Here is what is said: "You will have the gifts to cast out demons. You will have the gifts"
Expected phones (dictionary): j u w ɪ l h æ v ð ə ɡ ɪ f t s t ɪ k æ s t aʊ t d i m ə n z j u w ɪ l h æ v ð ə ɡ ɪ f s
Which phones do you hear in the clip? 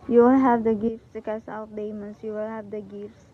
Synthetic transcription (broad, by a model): j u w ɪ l h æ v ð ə ɡ ɪ f t s t ɪ k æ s aʊ t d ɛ m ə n s j u w ɪ l h æ v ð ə ɡ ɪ f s